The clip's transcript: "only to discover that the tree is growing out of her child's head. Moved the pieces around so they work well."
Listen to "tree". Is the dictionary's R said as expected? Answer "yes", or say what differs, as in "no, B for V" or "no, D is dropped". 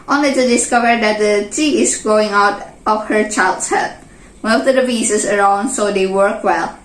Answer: no, R is dropped